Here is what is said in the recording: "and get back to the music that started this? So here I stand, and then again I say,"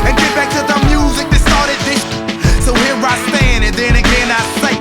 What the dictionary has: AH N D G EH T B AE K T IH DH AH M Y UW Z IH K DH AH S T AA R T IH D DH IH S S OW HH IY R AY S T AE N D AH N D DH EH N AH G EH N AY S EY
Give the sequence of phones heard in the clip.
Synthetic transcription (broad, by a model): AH N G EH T B AE K T IH DH AH M Y UW Z IH K DH AH S T AA R T IH D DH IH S S OW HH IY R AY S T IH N AH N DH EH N AH G EH N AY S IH